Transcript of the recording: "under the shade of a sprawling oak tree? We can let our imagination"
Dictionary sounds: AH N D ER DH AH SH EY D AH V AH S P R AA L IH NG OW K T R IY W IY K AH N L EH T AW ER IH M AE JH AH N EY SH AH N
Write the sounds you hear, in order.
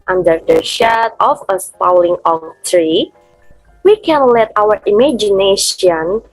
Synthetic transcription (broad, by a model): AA N D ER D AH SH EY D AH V AH S P AA L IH NG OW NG T R IY W IY K AH N L EH T AW ER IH M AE JH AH N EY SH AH N